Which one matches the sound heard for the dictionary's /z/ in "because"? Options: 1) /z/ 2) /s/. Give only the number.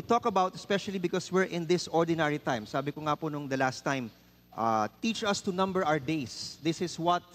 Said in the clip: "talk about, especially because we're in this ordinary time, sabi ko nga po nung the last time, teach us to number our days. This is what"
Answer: 2